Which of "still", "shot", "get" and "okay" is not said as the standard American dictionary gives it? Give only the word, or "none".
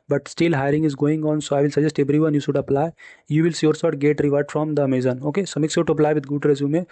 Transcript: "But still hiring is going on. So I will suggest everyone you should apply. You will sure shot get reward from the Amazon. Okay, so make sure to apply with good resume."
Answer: shot